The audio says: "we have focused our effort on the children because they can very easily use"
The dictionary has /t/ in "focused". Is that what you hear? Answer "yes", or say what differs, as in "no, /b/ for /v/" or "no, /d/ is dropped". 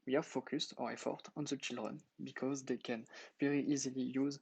yes